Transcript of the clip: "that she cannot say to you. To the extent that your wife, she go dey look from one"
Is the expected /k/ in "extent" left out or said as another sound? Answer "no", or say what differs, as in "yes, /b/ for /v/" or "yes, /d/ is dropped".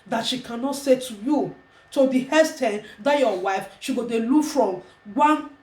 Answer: yes, /k/ is dropped